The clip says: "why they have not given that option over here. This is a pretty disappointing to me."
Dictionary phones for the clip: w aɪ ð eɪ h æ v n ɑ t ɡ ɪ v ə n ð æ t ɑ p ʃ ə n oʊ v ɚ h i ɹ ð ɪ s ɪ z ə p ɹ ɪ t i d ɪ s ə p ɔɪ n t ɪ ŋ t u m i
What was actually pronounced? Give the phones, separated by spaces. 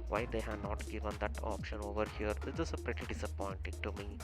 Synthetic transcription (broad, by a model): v aɪ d eɪ h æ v n ɑ t ɡ ɪ v ə n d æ t ɑ p ʃ ə n oʊ v ɚ h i ɹ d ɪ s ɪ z ə p ɹ ɪ t i d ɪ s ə p ɔɪ n t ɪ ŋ t u m i